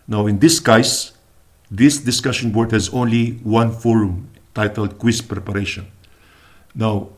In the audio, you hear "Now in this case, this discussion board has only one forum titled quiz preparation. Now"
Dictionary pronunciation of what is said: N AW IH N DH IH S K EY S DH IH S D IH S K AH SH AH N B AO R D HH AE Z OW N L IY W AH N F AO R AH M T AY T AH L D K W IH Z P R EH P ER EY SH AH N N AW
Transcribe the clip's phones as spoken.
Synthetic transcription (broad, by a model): N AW IH N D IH S K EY S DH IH S D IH S K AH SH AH N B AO R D HH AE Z OW N L IY W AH N F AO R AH M T AY T AH L D K W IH S P R EH P ER EY SH AH N N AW